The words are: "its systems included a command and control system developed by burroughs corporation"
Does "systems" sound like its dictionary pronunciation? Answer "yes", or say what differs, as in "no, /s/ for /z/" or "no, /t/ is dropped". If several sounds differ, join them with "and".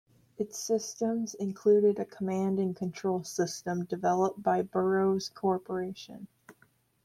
yes